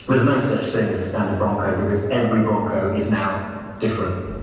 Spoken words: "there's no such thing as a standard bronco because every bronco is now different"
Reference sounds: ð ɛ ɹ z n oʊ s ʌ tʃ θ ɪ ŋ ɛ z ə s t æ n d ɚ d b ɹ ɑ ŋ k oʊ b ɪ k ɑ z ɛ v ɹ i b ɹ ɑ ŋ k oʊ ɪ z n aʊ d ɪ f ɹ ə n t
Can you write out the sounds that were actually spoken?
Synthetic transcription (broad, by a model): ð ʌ z n oʊ s ʌ tʃ θ ɪ ŋ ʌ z ə s t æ n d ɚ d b ɑ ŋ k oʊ b ɪ k ɑ z ɛ v ɹ i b ɑ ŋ k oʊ ɪ z n aʊ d ɪ f ɹ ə n t